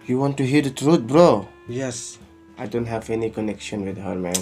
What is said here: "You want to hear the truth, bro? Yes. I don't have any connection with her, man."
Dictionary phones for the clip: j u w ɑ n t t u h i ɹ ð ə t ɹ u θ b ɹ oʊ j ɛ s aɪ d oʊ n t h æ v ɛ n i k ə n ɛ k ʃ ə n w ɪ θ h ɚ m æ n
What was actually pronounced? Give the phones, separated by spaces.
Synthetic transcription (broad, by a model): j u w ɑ n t t u h i ɹ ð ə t ɹ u t b ɹ oʊ j ɛ s aɪ d oʊ n t h æ v ɛ n i k ə n ɛ k ʃ ə n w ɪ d h ɚ m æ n